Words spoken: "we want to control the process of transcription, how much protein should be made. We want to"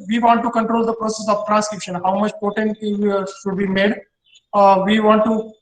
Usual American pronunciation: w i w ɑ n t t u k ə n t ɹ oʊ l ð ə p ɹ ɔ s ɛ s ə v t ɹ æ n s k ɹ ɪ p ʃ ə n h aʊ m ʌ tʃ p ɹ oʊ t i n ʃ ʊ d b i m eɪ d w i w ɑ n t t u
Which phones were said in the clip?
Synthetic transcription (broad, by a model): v i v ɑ n t t u k ə n t ɹ oʊ l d ə p ɹ ɔ s ɛ s ə v t ɹ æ n s k ɹ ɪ p ʃ ə n h aʊ m ʌ tʃ p oʊ t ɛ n ʃ ʊ d b i m eɪ d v i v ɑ n t t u